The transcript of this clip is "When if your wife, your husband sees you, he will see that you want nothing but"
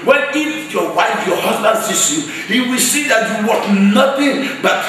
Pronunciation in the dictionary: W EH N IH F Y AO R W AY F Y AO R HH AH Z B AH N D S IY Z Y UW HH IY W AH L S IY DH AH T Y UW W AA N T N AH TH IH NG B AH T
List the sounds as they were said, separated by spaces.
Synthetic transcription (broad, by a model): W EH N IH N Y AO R W AY F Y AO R HH AH Z B AH N D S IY S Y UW HH IY W AH L S IY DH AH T Y UW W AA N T N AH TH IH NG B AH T